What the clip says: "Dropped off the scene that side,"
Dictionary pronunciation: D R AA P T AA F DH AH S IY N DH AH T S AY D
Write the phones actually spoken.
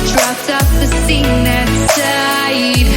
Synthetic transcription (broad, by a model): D R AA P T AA P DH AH S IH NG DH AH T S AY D